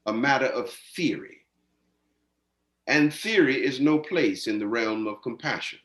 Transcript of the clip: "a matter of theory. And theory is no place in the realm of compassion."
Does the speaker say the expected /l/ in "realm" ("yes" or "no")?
yes